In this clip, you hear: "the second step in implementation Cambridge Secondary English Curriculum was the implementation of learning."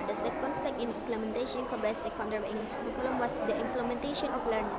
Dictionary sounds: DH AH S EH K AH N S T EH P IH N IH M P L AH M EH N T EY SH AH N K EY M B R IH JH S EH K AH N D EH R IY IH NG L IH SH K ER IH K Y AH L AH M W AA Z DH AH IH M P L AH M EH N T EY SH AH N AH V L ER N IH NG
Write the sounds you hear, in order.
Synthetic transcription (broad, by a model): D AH S EH K AH N S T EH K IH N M P L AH M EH N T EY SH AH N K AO B IH S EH K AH N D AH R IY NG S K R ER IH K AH L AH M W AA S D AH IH M P L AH M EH N T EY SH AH N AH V L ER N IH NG